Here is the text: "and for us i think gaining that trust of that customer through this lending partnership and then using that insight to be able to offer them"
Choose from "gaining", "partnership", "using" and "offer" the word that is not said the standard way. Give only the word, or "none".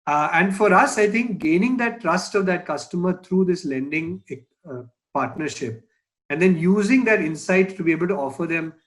none